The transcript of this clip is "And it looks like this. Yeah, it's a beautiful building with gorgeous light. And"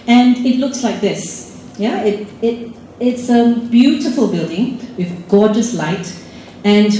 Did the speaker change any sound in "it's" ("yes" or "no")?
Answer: no